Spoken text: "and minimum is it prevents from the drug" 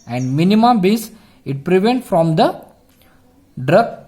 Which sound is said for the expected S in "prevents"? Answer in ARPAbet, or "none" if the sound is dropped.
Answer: none